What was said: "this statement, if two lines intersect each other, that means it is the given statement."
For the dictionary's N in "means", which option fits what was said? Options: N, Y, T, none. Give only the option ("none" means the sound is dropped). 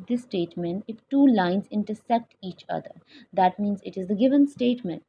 N